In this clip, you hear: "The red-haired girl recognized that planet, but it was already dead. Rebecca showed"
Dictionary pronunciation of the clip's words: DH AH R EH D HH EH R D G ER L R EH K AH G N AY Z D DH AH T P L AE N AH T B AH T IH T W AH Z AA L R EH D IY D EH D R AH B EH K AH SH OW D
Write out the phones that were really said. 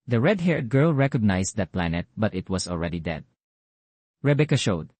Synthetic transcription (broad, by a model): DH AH R EH D HH EH R D G ER L R EH K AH G N AY S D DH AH T P L AE N AH T B AH T IH T W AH S AA L R EH D IY D EH D R AH B EH K AH SH OW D